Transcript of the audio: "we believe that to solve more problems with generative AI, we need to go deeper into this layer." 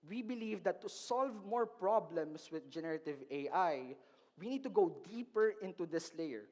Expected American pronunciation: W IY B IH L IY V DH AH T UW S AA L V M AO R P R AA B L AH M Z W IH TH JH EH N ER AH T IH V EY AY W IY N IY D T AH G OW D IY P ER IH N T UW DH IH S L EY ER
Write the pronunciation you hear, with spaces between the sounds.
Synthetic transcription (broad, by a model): W IY B IH L IY V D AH T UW S AA L V M AO R P R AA B L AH M S W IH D JH EH N ER AH T IH V EY AY W IY N IY D T AH G OW D IY P ER IH N T UW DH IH S L EY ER